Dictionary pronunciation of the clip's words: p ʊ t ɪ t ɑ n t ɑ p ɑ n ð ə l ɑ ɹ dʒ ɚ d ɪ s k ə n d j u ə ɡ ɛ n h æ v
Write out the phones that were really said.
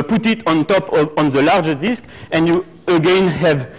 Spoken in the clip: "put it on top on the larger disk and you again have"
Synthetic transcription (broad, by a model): p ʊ t ɪ t ɑ n t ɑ p ɑ n ð ə l ɑ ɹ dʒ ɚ d ɪ s k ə n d j u ə ɡ ɛ n h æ v